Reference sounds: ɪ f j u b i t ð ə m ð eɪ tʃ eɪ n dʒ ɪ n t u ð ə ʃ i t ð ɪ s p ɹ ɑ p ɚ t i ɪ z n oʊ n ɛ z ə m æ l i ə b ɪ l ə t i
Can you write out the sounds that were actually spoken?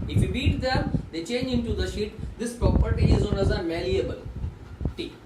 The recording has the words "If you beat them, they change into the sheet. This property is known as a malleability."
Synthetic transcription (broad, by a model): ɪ f j u b i t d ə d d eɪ tʃ eɪ n dʒ ɪ n t u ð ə ʃ i t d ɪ s p ɹ ɑ p ɚ t i ɪ z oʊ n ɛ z ə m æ l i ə b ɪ l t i